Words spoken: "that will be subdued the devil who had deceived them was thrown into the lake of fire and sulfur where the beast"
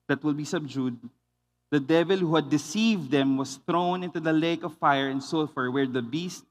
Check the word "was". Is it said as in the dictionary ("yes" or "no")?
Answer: no